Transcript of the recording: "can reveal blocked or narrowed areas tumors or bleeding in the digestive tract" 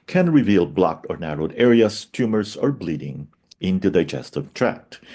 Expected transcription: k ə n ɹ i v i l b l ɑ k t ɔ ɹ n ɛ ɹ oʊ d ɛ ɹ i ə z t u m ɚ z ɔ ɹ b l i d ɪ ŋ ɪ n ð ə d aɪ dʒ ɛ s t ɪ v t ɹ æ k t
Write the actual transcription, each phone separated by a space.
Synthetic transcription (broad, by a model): k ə n ɹ i v i l b l ɑ k t ɔ ɹ n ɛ ɹ oʊ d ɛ ɹ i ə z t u m ɚ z ɔ ɹ b l i d ɪ ŋ ɪ n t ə d aɪ dʒ ɛ s t ɪ v t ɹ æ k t